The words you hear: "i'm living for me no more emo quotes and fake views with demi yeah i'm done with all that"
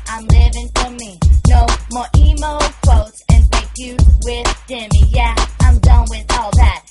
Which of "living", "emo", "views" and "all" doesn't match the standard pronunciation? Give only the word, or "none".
views